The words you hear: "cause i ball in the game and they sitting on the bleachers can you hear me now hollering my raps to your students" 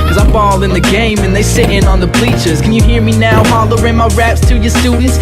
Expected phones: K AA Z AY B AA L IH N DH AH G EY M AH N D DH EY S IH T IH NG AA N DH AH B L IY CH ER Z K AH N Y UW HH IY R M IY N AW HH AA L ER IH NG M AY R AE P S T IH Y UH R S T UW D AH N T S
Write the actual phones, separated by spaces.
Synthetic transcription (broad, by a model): K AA Z AY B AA L IH N DH AH G EY M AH N DH EY S IH T IH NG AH N DH AH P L IY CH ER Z K AH N Y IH HH IY R M IY N AW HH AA L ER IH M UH R AE P S T IH Y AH R S T UW D N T S